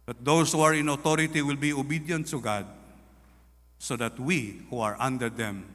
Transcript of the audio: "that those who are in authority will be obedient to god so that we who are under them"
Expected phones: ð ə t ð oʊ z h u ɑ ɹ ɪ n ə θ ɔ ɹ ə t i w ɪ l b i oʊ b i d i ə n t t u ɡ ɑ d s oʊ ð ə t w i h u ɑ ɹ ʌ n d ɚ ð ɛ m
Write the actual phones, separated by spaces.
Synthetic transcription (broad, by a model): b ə t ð oʊ s h u ɑ ɹ ɪ n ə t ɔ ɹ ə t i w ɪ l b i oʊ b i d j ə n t t u ɡ ɑ d s oʊ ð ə t w i h u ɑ ɹ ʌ n d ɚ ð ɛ m